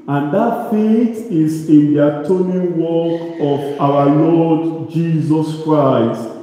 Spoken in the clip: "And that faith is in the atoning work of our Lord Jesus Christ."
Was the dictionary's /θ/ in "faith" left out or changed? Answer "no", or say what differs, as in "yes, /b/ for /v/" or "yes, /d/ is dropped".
yes, /t/ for /θ/